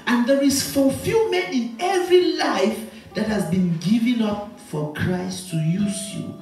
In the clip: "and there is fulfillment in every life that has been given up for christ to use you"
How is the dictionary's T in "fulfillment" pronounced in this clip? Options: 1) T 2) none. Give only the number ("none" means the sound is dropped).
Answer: 2